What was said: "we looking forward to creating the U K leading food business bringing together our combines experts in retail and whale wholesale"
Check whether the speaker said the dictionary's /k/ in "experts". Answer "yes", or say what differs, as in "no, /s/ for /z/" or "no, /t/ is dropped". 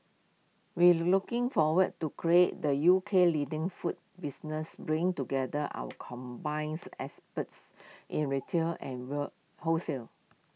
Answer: no, /k/ is dropped